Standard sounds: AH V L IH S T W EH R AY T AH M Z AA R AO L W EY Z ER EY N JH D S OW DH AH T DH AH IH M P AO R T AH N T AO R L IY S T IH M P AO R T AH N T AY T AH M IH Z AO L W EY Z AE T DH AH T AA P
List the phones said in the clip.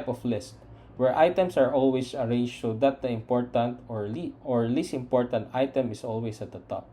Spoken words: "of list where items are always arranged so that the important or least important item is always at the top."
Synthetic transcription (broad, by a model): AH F L IH S T W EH R AY T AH M S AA R AO L W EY S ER EY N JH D S OW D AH T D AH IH M P AO R T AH N T AO R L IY S IH M P AO R T AH N T AY T AH M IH S AO L W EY S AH T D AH T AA P